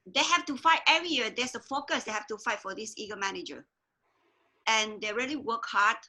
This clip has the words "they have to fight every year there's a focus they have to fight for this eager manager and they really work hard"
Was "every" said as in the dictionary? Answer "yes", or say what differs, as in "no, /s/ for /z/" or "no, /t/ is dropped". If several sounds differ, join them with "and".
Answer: no, /v/ is dropped